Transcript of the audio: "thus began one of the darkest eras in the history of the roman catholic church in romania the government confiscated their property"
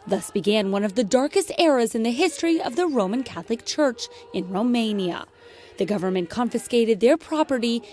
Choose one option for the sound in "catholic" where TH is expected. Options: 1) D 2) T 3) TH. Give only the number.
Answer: 3